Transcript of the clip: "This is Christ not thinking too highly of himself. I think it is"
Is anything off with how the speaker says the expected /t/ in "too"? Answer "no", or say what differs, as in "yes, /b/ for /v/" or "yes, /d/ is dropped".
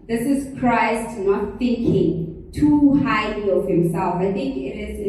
no